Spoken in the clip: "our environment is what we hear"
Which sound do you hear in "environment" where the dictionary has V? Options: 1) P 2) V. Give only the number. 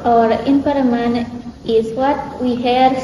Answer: 1